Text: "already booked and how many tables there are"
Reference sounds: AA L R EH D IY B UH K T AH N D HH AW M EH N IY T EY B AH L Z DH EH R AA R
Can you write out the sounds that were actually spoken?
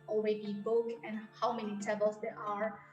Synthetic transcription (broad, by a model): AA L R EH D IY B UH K AH N HH AW M EH N IY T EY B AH L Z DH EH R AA R